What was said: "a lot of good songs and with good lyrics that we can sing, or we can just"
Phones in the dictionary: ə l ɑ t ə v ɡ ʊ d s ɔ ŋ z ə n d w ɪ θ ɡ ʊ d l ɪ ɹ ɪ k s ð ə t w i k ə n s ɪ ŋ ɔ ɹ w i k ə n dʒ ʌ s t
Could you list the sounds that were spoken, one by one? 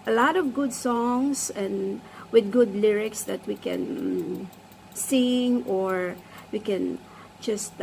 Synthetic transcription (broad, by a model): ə l ɑ t ə v ɡ ʊ d s ɔ ŋ s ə n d w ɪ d ɡ ʊ d l ɪ ɹ ɪ k s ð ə t w i k ə n s ɪ ŋ ɔ ɹ w i k ə n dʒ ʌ s t